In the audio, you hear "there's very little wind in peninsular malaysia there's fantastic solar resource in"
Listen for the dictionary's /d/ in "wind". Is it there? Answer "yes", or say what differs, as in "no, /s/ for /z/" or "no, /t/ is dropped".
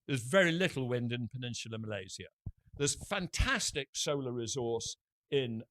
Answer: yes